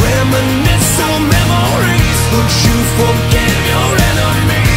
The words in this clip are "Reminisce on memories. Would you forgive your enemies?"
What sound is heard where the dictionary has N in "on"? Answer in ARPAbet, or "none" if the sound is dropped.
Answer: L